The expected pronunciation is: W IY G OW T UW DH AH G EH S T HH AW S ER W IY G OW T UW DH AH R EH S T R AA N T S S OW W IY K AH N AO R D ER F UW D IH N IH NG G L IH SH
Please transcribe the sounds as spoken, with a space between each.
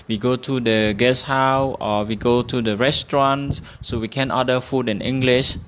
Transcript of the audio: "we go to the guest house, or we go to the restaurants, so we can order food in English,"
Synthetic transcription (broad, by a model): W IY G OW T UW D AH G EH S HH AW AO W IY G OW T UW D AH R EH S T R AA N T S S OW W IY K AH N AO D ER F UW D IH N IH NG G L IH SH